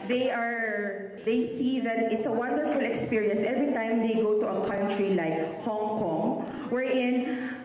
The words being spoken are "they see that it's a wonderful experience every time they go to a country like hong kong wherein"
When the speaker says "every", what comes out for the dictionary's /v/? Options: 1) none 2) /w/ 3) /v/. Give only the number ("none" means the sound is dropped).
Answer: 3